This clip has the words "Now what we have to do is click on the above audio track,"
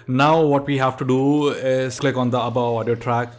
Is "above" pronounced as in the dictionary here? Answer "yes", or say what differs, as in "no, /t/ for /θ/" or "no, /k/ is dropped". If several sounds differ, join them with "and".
no, /v/ is dropped